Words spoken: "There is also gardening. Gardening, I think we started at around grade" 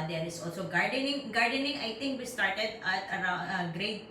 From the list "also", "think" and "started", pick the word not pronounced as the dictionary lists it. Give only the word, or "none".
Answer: think